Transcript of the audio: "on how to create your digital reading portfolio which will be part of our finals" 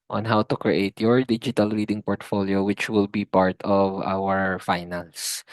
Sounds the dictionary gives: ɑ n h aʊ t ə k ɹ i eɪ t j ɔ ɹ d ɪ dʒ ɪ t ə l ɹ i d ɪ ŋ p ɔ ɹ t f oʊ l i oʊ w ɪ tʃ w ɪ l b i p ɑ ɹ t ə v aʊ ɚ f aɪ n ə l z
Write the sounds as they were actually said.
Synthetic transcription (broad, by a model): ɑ n h aʊ t ə k ɹ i eɪ t j ɔ ɹ d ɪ dʒ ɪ t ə l ɹ i d ɪ ŋ p ɔ ɹ t f oʊ l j oʊ w ɪ tʃ w ɪ l b i p ɑ ɹ t ə v aʊ ɚ f aɪ n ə l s